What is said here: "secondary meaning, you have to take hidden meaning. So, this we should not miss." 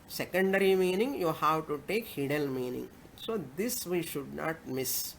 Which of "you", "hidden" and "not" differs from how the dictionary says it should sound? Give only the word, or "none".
hidden